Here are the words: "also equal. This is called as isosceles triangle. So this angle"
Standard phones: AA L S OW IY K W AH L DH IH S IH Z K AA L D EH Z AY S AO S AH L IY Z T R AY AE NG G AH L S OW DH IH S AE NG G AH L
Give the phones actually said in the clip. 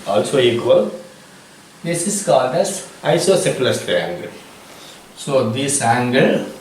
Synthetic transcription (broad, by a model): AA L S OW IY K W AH L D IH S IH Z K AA D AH S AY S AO S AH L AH S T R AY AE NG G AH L S OW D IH S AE NG G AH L